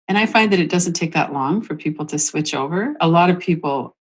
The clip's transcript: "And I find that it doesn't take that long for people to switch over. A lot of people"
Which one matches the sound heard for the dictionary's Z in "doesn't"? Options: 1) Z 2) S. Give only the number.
1